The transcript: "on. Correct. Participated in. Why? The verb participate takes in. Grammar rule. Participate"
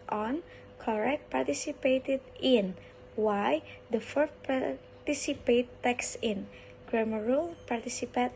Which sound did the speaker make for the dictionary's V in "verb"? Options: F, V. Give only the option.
F